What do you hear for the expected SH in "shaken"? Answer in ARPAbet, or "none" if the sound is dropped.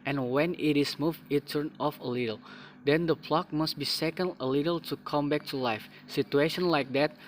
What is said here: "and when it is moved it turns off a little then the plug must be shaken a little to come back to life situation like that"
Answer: S